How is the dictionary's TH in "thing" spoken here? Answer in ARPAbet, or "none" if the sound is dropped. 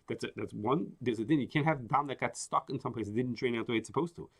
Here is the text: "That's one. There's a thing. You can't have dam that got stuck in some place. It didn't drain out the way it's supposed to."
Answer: T